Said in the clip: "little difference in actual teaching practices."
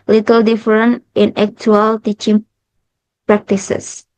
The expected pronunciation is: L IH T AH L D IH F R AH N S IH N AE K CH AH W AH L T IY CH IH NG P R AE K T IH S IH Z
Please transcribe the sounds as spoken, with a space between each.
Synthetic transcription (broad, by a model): L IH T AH L D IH F R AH N IH N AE K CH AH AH L T IY CH IH NG P R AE K T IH S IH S